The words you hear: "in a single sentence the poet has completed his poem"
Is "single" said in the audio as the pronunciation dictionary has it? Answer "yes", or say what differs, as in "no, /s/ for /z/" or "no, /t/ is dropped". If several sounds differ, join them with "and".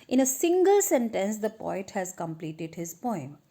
yes